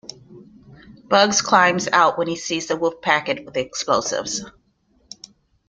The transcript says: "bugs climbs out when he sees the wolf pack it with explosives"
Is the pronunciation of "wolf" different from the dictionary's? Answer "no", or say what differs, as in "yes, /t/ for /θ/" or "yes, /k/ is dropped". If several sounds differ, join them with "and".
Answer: yes, /l/ is dropped